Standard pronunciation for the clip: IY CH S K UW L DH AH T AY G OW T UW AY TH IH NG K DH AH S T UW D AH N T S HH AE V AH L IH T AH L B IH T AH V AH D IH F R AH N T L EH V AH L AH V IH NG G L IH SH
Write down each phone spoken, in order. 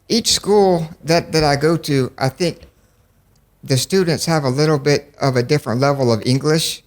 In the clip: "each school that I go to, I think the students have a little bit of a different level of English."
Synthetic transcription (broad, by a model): IY CH S K UW L DH AH T AY G OW T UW AY TH IH NG K DH AH S T UW D N T S HH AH V AH L IH T L B IH T AH V AH D IH F R AH N T L EH V L AH V IH NG G L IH SH